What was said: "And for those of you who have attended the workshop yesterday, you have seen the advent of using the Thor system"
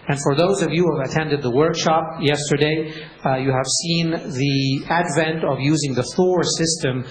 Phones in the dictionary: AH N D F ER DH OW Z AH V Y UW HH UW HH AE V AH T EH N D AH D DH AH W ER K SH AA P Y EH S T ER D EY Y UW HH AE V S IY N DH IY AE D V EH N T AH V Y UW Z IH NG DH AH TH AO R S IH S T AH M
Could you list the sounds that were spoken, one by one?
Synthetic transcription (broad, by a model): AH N F ER DH OW Z AH V Y UW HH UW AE V AH T EH N D AH D DH AH W ER K SH AA P Y EH S T ER D EY Y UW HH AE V S IY N DH IY AE D V EH N T AH V Y UW Z IH NG DH AH TH AO R S IH S T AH M